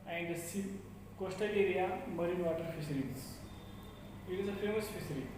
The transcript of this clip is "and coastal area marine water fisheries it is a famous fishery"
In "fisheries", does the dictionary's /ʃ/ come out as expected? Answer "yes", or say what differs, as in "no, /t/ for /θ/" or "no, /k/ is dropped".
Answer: no, /s/ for /ʃ/